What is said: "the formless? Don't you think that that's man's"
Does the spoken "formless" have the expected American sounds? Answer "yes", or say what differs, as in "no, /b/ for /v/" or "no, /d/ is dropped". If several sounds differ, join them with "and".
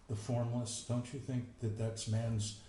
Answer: yes